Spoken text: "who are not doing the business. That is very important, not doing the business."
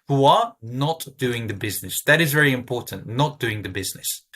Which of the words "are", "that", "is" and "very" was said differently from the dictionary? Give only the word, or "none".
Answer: none